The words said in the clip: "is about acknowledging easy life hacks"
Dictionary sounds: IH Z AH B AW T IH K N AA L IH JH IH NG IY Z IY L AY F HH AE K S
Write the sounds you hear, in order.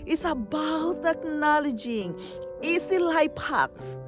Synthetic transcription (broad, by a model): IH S AH B AW T IH K N AA L IH JH IH NG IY S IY L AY P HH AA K S